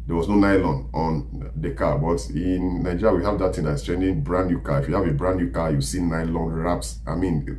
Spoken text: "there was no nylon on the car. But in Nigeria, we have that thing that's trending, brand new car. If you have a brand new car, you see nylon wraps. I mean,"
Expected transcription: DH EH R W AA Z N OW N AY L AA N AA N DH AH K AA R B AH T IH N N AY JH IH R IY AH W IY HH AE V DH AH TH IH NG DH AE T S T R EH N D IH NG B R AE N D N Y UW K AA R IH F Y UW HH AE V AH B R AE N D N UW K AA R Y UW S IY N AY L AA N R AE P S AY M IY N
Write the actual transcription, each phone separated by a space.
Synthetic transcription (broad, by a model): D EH W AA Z N OW N AY L AA N AA N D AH K AA B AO T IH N N AY JH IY R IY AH W IY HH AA V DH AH T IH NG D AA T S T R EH N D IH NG B R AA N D N Y UW K AA IH F Y UW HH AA V AH B R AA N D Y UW K AA Y UW S IY N AY L AA N R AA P S AY M IY N